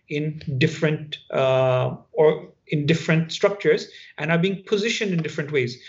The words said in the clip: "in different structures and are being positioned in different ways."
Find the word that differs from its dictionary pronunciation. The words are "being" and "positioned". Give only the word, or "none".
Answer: none